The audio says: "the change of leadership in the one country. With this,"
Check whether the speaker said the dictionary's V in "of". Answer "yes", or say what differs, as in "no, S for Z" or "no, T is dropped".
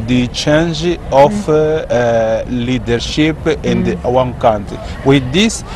no, F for V